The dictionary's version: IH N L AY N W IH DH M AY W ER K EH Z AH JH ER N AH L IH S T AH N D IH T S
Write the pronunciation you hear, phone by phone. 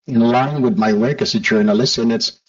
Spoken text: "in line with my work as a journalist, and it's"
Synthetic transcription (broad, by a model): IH N L AY N W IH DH M AY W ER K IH S AH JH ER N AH L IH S AH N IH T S